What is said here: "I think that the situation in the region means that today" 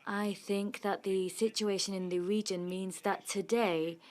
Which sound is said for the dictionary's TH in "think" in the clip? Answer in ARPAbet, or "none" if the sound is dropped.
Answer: TH